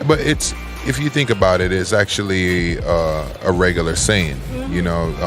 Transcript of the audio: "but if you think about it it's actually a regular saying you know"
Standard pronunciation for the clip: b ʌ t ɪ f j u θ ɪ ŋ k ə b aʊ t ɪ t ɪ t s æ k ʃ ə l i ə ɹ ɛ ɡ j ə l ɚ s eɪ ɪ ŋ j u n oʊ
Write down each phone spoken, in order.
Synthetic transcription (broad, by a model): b ʌ t ɪ f j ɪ θ ɪ ŋ k ə b aʊ t ɪ t ɪ t s æ k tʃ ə l i ə ɹ ɛ ɡ j l ɚ s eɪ ɪ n j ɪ n oʊ